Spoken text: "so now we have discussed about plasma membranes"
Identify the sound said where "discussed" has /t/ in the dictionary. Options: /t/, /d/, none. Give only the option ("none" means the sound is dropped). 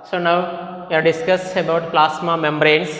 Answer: none